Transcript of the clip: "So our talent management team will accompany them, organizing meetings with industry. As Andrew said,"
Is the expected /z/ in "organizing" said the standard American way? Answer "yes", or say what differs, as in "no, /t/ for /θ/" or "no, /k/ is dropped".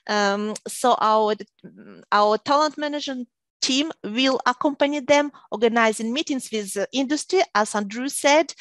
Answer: yes